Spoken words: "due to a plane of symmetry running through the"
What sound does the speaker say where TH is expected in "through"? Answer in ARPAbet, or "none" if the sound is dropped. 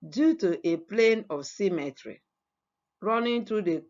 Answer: T